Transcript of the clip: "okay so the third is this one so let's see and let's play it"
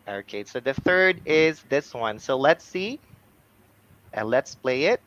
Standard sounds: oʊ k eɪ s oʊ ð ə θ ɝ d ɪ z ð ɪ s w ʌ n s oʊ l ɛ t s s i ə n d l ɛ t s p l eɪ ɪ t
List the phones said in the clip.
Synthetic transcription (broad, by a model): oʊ k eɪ s oʊ ð ə θ ɝ d ɪ z ð ɪ s w ʌ n s oʊ l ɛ t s s i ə n l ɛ t s p l eɪ ɪ t